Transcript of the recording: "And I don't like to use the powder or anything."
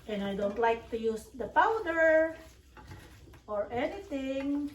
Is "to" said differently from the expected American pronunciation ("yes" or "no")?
no